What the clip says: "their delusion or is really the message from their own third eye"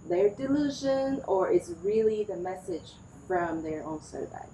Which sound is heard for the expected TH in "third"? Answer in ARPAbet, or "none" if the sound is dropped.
S